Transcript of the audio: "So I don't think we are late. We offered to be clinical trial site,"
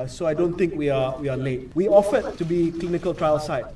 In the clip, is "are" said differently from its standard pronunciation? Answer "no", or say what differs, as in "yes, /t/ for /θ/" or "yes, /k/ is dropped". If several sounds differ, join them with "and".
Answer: yes, /w/ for /ɹ/